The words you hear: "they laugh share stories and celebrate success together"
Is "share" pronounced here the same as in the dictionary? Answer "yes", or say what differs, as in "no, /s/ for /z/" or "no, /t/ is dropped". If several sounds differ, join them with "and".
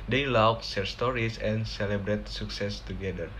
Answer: no, /s/ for /ʃ/